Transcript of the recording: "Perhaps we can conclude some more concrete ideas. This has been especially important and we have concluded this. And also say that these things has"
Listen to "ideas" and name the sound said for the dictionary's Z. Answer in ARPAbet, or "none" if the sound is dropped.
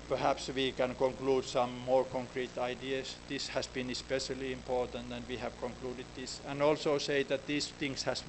S